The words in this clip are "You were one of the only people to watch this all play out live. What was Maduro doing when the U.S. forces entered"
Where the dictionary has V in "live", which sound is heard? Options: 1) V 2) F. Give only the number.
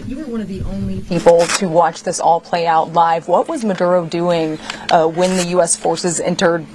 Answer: 1